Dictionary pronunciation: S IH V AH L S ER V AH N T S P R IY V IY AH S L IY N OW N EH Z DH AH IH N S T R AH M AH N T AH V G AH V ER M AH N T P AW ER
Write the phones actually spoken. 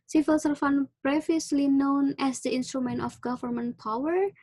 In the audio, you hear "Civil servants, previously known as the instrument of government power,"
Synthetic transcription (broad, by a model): S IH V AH L S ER F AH N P R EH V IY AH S L IY N OW N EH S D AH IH N S T R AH M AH N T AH F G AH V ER M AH N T P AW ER